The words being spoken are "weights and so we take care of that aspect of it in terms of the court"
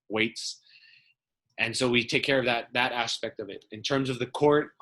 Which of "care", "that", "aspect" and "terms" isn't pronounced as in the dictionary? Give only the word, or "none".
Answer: none